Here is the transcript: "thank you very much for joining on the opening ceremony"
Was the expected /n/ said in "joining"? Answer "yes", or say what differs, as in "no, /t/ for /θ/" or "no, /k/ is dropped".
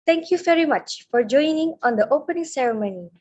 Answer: yes